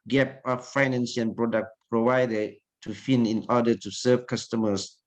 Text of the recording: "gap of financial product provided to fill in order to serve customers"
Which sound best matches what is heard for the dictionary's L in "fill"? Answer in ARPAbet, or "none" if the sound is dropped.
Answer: N